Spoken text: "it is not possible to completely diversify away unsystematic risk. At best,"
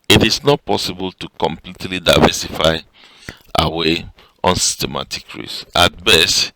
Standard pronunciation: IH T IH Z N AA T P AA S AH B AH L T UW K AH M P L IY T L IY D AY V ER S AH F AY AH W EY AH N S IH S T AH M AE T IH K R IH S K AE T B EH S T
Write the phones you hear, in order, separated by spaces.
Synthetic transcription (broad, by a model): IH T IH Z N AA T P AA S AH B AH L T UW K AH M P L IY T L IY D AY V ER S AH F AY AH W EY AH N S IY S T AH M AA T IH K R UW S AA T B EH S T